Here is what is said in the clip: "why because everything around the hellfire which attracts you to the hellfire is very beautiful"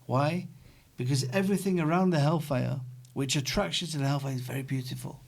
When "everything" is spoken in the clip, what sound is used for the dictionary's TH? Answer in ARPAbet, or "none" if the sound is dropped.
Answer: TH